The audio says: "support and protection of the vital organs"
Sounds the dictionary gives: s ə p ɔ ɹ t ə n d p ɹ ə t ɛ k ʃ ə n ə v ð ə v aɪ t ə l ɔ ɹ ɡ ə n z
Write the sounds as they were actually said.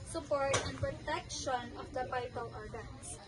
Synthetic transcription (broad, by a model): s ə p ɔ ɹ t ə n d p ɹ ə t ɛ k ʃ ə n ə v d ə p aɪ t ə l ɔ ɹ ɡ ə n